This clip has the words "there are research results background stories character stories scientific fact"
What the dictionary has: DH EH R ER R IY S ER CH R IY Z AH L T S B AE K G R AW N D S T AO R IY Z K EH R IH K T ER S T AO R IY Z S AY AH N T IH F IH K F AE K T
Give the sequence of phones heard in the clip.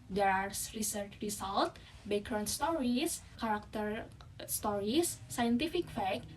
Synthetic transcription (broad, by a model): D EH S R IY S ER CH R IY S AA L T B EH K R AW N S T AO R IY S K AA R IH K T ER S T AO R IY S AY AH N T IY F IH K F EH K